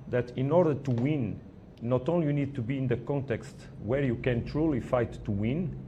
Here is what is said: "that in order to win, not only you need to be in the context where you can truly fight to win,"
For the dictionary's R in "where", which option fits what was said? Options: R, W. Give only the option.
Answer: R